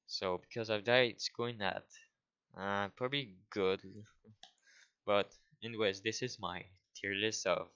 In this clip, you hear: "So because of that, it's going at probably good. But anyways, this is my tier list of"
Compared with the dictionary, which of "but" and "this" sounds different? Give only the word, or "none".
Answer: none